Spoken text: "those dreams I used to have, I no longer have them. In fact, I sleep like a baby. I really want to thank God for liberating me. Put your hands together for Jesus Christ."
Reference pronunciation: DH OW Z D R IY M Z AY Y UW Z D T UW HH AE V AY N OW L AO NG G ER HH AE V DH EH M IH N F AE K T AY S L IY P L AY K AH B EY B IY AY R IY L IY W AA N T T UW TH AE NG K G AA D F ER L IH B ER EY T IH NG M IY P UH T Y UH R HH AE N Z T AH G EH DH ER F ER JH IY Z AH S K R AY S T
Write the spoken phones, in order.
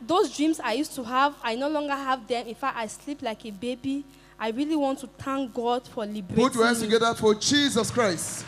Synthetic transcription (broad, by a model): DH OW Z D R IY M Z AY Y UW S T UW HH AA V AY N OW L AO NG G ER HH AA V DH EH M IH N F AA T AY S L IY P L AY K AH B EY B IY AY R IY L IY W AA N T T UW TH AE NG K G AA D F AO L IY B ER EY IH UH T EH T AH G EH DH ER F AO JH IY Z AH S K R AY S T